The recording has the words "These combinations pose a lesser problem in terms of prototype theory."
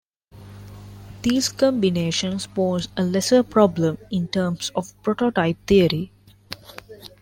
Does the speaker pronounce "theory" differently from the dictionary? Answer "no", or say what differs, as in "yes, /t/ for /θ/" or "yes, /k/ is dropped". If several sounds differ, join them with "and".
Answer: yes, /t/ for /θ/